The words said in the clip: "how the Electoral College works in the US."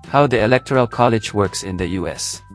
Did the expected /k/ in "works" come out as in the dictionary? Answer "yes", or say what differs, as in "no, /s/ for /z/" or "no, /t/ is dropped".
yes